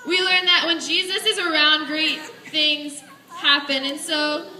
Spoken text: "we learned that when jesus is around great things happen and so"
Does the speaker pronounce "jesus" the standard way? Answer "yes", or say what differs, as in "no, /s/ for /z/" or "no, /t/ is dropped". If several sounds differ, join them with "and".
yes